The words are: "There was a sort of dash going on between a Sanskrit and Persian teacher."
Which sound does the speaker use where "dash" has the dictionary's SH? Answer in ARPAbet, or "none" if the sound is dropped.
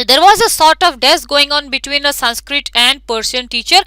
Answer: S